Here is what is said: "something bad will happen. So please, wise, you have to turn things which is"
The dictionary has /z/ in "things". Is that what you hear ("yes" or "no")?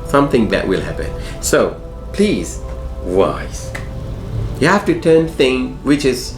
no